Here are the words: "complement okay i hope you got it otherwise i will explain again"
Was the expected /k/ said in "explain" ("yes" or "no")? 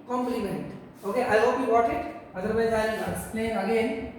no